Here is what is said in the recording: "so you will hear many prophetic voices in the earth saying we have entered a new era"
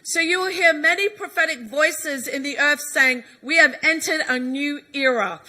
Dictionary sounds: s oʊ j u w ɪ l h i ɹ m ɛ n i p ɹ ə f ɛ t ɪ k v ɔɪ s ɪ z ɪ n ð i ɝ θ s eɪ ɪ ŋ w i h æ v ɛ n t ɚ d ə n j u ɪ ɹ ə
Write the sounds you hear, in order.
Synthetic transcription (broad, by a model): s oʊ j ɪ w ɪ l h i ɹ m ɛ n i p ɹ ə f ɛ t ɪ k v ɔɪ s ɪ z ɪ n ð i ɝ θ s eɪ ɪ ŋ w i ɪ v ɛ n t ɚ d ə n j u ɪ ɹ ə